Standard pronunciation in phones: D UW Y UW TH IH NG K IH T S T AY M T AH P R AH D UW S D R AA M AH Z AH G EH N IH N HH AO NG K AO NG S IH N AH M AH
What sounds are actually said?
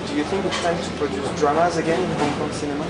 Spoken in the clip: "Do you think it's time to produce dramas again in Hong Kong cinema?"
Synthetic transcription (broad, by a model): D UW Y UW TH IH NG K IH T S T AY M T AH P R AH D UW S D R AA M AH Z AH G EH N IH N HH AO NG K AO NG S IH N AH M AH